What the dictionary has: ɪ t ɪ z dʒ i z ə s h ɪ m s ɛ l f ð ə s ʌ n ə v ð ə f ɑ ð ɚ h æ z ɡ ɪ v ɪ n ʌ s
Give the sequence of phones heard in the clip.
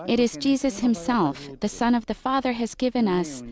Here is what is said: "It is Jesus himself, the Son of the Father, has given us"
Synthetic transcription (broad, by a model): ɪ t ɪ z dʒ i z ə s h ɪ m s ɛ l f ð ə s ʌ n ə v ð ə f ɑ ð ɚ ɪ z ɡ ɪ v ɪ n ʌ s